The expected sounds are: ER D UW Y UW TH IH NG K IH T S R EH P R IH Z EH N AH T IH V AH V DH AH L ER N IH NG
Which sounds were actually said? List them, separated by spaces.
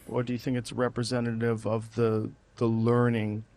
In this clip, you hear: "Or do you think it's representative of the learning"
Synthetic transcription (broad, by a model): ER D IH Y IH TH IH NG K IH T S R EH P R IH Z EH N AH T IH V AH V DH AH L ER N IH NG